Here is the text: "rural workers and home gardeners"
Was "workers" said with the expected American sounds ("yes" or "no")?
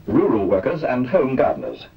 yes